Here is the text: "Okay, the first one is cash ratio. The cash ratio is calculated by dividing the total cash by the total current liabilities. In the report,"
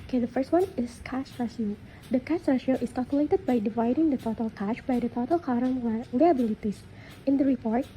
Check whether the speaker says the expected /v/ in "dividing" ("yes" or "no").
yes